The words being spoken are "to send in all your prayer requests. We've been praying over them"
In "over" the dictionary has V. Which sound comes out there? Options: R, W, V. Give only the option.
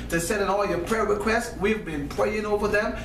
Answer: V